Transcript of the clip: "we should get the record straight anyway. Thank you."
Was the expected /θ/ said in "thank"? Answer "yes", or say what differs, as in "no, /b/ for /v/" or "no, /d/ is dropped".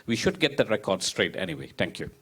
no, /t/ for /θ/